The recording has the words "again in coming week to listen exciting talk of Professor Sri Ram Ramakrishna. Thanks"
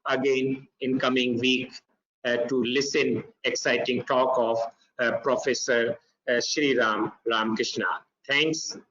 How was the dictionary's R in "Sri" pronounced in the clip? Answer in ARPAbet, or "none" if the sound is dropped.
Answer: R